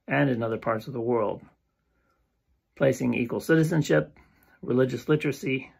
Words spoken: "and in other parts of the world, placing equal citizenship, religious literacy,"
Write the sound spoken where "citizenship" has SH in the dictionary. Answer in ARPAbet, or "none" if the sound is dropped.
SH